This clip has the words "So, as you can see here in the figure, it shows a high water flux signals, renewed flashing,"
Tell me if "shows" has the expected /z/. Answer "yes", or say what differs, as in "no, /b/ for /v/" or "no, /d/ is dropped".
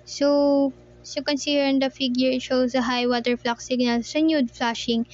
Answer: no, /s/ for /z/